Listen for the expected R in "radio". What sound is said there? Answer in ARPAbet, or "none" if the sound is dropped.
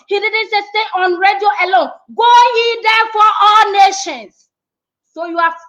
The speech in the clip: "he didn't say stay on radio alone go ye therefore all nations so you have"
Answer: R